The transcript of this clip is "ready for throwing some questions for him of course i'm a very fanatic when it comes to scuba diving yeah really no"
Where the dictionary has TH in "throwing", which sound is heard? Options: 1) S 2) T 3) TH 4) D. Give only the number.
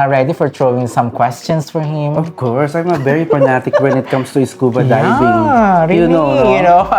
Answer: 2